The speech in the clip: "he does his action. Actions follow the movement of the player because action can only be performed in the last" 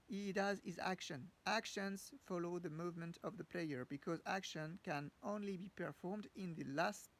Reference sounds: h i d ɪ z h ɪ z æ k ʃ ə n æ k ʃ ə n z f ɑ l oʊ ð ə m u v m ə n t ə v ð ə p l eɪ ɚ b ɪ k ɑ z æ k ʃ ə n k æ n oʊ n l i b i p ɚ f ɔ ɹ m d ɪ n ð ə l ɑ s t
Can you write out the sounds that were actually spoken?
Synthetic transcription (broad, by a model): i d ɪ z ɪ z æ k ʃ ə n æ k ʃ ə n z f ɑ l oʊ ð ə m u v m ə n t ə v ð ə p l eɪ ɚ b ɪ k ɑ z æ k ʃ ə n k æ n oʊ n l i b i p ɚ f ɔ ɹ m d ɪ n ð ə l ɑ s t